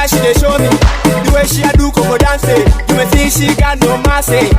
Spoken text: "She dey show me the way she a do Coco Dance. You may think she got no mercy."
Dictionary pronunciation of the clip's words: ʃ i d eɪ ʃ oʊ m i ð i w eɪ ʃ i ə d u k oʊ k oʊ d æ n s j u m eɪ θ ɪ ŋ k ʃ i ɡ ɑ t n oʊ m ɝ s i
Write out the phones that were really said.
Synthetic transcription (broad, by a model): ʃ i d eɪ ʃ oʊ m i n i w eɪ ʃ i ə d u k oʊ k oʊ d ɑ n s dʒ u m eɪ t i ʃ i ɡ ɑ n oʊ m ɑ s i